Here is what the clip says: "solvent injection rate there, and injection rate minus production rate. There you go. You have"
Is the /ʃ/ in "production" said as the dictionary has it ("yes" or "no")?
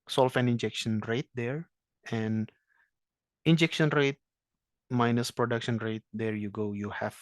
yes